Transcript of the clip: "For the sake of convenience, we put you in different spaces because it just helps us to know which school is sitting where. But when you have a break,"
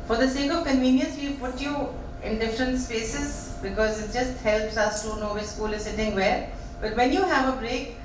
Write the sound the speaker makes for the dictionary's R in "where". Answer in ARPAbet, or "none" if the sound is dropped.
L